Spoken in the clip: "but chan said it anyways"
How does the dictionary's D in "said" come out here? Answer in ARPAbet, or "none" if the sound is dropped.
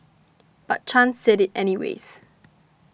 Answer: D